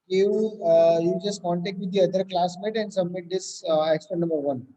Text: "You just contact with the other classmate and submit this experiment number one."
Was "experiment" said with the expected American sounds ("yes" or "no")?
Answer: no